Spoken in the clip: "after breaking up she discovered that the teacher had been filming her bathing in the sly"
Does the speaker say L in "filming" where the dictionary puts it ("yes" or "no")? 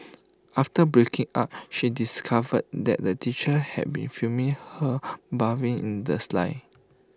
no